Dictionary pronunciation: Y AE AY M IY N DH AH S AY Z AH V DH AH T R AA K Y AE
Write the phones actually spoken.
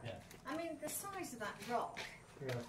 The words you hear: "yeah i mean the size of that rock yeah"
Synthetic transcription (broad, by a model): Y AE AY M IY N DH AH S AY Z AH V DH AH T R AA K